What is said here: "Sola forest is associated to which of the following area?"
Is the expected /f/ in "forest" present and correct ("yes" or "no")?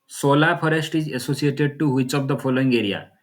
no